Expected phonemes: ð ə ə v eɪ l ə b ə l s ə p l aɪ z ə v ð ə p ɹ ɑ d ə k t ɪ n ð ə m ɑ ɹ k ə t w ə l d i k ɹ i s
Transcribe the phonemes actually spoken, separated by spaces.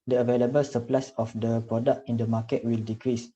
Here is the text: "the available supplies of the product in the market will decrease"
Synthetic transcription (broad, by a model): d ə ə v eɪ l ə b ə l s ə p l aɪ s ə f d ə p ɹ ɑ d ə k t ɪ n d ə m ɑ k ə t w ə l d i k ɹ i s